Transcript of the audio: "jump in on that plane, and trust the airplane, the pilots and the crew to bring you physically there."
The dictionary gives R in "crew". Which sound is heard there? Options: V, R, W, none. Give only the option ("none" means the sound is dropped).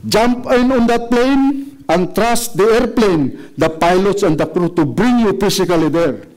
R